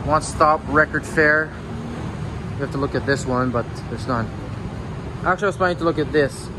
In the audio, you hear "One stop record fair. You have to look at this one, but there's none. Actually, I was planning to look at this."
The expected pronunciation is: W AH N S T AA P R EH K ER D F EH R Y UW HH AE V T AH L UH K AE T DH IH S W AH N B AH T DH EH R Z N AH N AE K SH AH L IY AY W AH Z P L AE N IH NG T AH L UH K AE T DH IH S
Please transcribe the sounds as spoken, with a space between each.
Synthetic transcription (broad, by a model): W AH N S T AA P R EH K ER D F EH R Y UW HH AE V T AH L UH K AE T DH IH S W AH N B AH T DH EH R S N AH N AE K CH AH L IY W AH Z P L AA IH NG T AH L UH K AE T DH IH S